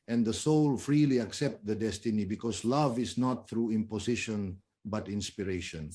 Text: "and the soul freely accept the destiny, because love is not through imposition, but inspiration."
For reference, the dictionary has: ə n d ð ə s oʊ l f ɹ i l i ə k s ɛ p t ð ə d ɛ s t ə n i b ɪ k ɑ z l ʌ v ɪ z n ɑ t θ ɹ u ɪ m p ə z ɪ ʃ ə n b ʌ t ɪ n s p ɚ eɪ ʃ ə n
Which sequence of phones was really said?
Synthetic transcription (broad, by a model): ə n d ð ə s oʊ l f ɹ i l i ə k s ɛ p t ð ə d ɛ s t ə n i b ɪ k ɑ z l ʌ v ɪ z n ɑ t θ ɹ u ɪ m p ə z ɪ ʃ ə n b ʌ t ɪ n s p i eɪ ʃ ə n